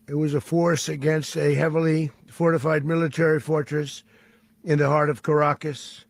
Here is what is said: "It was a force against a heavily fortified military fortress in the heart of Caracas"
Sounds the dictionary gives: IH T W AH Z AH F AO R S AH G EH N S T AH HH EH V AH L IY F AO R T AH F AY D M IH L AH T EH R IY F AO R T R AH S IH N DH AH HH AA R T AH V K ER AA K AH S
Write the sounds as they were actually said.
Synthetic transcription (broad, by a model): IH T W AH Z AH F AO R S AH G EH N S T AH HH EH V L IY F AO R T AH F AY D M IH L AH T EH R IY F AO R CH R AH S IH N DH AH HH AA R T AH V K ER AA K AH S